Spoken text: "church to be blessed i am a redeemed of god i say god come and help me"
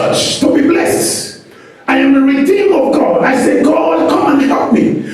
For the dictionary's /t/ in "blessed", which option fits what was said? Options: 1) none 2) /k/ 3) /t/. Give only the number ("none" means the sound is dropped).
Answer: 3